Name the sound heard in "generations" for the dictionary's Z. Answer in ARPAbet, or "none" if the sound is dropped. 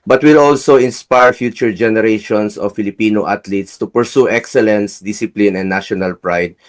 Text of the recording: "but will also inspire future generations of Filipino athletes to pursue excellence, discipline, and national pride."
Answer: S